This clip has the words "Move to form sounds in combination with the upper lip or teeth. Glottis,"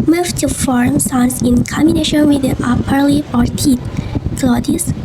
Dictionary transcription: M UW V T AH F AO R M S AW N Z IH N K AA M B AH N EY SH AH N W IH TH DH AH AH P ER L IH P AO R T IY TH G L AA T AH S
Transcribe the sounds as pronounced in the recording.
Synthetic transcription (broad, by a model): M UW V T AH F AO R M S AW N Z IH N K AA M B AH N EY SH AH N W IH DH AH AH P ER L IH AO R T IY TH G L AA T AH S